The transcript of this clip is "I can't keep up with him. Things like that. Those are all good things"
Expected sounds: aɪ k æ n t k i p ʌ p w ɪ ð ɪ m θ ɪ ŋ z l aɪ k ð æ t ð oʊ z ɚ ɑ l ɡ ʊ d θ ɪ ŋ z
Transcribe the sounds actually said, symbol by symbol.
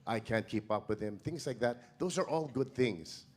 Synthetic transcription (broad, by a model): aɪ k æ n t k i p ʌ p w ɪ ð ɪ m θ ɪ ŋ z l aɪ k ð æ t ð oʊ z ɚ ɑ l ɡ ʊ d θ ɪ ŋ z